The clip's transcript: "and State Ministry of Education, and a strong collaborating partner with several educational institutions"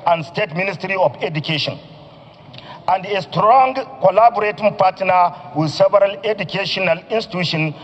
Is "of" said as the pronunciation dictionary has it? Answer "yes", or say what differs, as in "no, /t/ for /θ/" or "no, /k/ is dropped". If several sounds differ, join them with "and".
no, /f/ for /v/